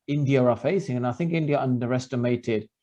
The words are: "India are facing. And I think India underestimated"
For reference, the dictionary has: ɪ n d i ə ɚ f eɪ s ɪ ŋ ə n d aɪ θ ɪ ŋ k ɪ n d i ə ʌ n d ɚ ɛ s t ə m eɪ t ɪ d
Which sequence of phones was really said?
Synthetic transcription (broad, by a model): ɪ n d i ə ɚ f eɪ s ɪ ŋ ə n aɪ θ ɪ ŋ k ɪ n d i ə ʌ n d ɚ ɛ s t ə m eɪ t ɪ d